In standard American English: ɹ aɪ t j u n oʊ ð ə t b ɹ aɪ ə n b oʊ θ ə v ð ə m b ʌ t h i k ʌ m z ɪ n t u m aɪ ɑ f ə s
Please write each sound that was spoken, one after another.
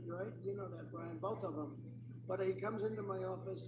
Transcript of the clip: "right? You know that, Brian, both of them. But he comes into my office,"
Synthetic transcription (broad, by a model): ɹ aɪ t j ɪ n oʊ ð ə t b ɹ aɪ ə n b oʊ θ ə v ð ə m b ʌ t h i k ʌ m z ɪ n t u m aɪ ɑ f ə s